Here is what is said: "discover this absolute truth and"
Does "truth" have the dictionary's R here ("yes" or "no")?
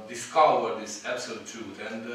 no